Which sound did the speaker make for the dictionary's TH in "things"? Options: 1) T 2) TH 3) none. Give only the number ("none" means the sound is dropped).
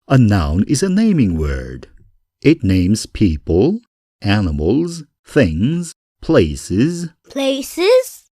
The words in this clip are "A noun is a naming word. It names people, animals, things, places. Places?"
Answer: 2